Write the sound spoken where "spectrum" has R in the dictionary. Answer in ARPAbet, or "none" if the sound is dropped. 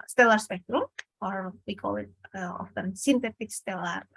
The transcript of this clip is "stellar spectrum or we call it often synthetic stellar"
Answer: R